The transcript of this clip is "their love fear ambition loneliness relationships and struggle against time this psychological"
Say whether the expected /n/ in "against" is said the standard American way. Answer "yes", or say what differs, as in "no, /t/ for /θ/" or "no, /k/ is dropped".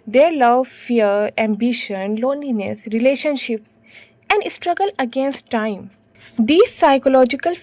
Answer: yes